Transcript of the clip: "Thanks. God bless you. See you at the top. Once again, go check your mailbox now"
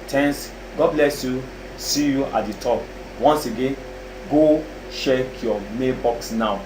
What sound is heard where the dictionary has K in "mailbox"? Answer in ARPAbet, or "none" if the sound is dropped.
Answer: K